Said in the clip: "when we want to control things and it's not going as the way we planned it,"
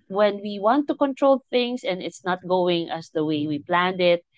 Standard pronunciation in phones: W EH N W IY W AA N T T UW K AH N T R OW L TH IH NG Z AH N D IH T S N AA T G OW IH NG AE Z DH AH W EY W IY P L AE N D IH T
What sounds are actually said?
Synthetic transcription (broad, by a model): W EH N W IY W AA N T T UW K AH N T R OW L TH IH NG S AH N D IH T S N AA T G OW IH NG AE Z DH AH W EY W IY P L AE N D IH T